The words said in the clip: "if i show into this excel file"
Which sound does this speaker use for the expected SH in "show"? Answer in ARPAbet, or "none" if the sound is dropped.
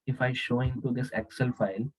SH